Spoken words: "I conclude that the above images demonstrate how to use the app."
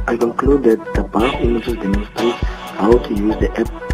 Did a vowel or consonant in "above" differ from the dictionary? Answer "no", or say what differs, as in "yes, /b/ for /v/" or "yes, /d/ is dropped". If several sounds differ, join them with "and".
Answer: yes, /f/ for /v/